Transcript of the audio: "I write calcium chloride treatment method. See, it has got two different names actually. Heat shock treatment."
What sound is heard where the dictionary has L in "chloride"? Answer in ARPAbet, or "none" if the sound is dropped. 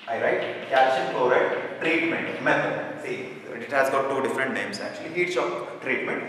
none